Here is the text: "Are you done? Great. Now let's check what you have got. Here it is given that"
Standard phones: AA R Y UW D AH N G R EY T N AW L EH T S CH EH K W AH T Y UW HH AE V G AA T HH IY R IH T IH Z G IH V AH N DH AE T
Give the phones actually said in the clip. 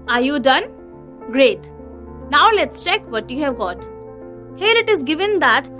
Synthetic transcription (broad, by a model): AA R Y UW D AH N G R EY T N AW L EH T S CH EH K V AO T Y UW HH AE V G AA T HH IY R IH T IH Z G IH V AH N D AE T